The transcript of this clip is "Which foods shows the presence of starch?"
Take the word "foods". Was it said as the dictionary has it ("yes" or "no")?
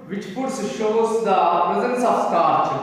no